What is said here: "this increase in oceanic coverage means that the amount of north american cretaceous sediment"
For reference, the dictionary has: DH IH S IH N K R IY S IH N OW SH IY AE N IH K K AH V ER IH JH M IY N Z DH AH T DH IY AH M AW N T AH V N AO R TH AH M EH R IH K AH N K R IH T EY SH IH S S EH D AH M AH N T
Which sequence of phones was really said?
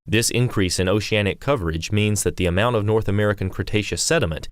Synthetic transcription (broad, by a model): DH IH S IH N K R IY S IH N OW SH IY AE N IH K K AH V ER IH JH M IY N Z DH AH T DH IY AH M AW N T AH V N AO R TH AH M EH R IH K AH N K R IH T EY SH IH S S EH D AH M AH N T